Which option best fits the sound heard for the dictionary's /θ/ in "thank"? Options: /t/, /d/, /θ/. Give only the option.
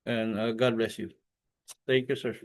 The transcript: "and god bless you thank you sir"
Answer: /t/